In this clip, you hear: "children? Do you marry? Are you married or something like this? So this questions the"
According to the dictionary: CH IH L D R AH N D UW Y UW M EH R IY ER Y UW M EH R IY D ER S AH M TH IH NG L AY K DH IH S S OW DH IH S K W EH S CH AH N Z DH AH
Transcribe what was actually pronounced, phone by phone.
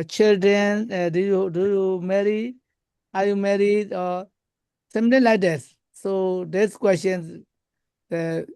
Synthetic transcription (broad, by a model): CH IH L D R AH N D UW Y UW M EH R IY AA Y UW M EH R IY D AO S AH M T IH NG L AY K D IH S S OW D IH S K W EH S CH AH N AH